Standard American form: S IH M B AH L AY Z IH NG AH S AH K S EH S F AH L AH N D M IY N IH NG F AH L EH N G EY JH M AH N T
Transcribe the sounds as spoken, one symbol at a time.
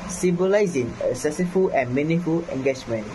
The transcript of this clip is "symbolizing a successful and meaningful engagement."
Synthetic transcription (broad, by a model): S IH M B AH L AY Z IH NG AH S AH S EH F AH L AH N M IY N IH F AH L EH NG G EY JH M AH N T